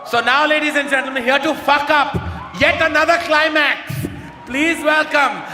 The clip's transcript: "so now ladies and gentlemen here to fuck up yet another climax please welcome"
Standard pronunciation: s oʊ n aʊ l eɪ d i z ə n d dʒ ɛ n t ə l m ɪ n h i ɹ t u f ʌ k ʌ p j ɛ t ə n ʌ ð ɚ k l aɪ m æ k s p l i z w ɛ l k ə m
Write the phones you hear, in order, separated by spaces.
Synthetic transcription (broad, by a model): s oʊ n aʊ l eɪ d i z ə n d dʒ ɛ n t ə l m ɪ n h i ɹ t u f ʌ k ʌ p j ɛ t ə n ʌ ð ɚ k l aɪ m æ k s p l i z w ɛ l k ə m